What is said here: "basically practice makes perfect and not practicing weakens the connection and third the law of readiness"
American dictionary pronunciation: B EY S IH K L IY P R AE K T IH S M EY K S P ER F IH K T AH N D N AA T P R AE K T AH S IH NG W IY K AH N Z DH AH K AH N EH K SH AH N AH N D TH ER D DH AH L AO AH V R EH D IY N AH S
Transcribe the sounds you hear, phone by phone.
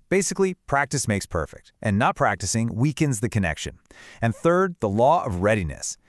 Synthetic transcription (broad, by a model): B EY S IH K L IY P R AE K T IH S M EY K S P ER F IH K T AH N N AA T P R AE K T AH S IH NG W IY K AH N Z DH AH K AH N EH K SH AH N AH N TH ER D DH AH L AO AH V R EH D IY N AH S